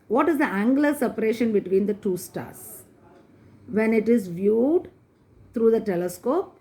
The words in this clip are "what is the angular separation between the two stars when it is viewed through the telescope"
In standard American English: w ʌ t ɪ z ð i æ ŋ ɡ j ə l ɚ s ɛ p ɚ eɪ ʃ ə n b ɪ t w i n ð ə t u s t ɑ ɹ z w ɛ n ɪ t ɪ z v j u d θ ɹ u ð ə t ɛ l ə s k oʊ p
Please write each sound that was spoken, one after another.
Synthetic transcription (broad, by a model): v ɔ t ɪ z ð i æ ŋ ɡ l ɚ s ɛ p ɚ eɪ ʃ ə n b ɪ t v i n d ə t u s t ɑ ɹ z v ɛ n ɪ t ɪ z v j u d t ɹ u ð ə t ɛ l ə s k oʊ p